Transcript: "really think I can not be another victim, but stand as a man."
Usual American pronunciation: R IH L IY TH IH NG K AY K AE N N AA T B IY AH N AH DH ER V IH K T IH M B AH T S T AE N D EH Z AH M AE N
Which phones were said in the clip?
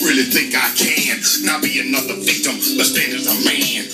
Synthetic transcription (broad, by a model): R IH L IY TH IH NG K AY K AE N N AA T B IY AH N AH DH ER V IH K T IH M B AH T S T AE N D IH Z AH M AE N